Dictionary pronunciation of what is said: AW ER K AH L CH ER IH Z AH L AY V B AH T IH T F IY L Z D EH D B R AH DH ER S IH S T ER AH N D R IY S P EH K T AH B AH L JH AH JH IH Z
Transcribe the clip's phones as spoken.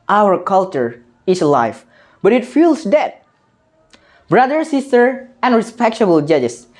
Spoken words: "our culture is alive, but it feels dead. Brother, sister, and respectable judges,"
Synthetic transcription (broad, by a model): AW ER K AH L CH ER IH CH L AY F B AH T IH T F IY L S D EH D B R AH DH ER S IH S T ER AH N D R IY S P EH K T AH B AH L JH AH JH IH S